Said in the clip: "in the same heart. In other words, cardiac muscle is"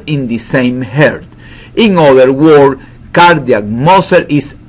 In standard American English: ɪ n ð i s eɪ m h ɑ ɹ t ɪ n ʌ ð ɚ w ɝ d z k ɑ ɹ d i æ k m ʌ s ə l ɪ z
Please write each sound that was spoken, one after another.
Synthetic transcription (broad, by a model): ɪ n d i s eɪ m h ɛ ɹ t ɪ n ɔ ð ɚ w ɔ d k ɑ ɹ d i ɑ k m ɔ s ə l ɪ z